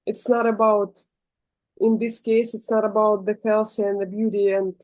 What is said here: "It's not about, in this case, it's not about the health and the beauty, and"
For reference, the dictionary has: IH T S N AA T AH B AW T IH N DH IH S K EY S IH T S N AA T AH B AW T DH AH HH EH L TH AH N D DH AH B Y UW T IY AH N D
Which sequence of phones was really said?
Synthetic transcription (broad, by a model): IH T S N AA T AH B AW T IH N DH IH S K EY S IH T S N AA T AH B AW T DH AH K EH L S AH N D DH AH B Y UW T IY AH N